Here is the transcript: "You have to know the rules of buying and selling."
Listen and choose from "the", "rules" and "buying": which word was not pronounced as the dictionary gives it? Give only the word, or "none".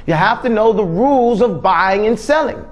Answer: none